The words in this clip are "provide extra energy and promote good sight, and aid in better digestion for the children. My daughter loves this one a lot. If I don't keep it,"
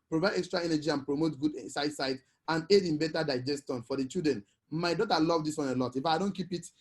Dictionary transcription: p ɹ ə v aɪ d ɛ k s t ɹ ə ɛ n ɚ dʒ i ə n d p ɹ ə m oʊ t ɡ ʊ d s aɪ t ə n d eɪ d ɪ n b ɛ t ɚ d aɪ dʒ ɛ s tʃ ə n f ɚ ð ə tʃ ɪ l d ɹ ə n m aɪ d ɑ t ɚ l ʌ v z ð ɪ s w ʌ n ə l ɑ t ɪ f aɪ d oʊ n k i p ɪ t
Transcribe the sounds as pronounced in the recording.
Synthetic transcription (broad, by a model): p ɹ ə v aɪ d ɛ k s t ɹ ə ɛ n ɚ dʒ i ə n p ɹ ə m oʊ t ɡ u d s aɪ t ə n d eɪ d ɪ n b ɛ t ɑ d aɪ dʒ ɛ s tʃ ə n f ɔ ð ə tʃ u d ɹ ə n m aɪ d ɑ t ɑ l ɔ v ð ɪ s w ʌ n ə l ɑ t ɪ f aɪ d oʊ n k i p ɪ t